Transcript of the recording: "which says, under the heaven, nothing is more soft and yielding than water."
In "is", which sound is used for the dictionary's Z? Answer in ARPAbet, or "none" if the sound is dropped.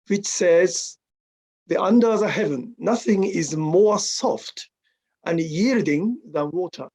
Z